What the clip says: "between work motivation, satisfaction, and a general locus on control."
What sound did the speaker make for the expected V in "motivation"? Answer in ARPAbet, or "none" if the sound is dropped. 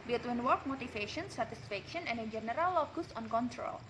F